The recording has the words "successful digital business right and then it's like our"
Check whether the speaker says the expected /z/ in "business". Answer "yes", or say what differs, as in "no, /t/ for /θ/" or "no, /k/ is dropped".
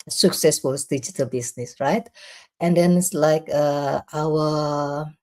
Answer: no, /s/ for /z/